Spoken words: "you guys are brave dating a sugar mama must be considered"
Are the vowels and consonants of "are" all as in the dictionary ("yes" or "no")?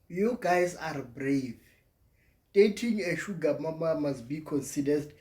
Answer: yes